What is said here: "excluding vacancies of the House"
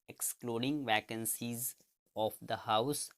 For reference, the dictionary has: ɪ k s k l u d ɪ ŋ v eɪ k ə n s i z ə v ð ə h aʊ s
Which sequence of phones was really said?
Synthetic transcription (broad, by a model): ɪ k s k l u d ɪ ŋ v eɪ k ə n s i z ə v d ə h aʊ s